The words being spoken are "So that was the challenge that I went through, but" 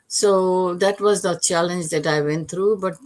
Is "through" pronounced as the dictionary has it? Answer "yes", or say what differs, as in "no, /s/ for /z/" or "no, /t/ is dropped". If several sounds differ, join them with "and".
no, /t/ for /θ/